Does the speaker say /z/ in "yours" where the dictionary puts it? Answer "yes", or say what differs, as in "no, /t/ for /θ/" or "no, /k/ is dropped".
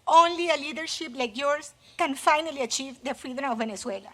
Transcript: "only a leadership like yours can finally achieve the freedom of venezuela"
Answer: no, /s/ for /z/